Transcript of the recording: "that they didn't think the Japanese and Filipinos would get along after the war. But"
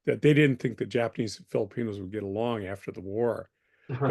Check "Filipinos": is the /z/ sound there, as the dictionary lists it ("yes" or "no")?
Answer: yes